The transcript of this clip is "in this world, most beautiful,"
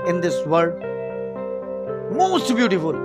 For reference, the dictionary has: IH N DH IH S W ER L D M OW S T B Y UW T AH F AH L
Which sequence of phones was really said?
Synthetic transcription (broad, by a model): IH N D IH S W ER D M OW S T B Y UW T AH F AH L